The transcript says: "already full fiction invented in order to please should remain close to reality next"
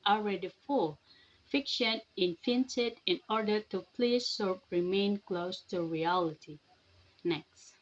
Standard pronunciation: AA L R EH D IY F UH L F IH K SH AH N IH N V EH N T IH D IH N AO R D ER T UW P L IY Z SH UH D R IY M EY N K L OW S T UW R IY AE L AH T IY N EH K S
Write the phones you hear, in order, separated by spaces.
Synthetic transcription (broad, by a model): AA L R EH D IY F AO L F IH K SH AH N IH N F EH N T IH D IH N AO R D ER T UW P L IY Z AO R R IY M EY N K L OW S T UW R IY AE L AH T IY N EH K S